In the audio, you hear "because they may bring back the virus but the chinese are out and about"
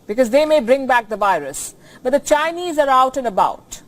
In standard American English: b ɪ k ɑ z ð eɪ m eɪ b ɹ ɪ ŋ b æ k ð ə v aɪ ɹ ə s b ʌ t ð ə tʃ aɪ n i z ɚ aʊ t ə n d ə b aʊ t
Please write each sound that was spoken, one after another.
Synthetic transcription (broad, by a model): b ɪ k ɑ z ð eɪ m eɪ b ɹ ɪ ŋ b æ k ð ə v aɪ ɹ ə s b ʌ t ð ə tʃ aɪ n i z ɚ aʊ t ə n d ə b aʊ t